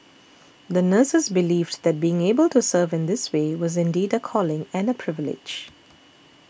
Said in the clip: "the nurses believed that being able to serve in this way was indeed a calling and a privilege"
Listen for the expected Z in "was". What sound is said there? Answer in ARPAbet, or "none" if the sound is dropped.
Z